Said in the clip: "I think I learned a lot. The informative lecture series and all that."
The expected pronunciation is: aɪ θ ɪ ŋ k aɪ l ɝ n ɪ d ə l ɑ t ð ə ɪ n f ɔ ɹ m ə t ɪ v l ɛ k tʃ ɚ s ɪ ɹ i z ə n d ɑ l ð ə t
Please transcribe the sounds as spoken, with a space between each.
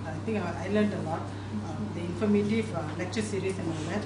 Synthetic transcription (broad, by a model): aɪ t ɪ ŋ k aɪ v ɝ l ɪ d ə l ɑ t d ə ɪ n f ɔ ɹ m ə t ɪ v l ɛ k tʃ ɚ s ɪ ɹ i s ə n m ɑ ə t